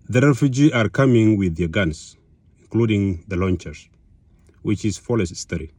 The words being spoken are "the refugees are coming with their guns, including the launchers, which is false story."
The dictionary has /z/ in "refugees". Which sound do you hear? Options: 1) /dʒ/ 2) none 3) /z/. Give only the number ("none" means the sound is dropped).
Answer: 2